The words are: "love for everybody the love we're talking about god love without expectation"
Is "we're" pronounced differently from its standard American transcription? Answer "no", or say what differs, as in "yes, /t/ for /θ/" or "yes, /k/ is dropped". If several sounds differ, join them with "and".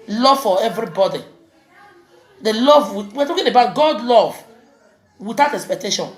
yes, /w/ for /ɹ/